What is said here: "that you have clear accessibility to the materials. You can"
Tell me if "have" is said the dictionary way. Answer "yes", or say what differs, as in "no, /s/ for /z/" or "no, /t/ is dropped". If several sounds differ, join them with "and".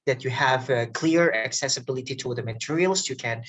yes